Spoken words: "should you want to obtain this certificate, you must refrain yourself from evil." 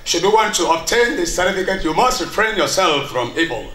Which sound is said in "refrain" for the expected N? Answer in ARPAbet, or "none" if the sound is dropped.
N